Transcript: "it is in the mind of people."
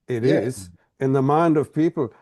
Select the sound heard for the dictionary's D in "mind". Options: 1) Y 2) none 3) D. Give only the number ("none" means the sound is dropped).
3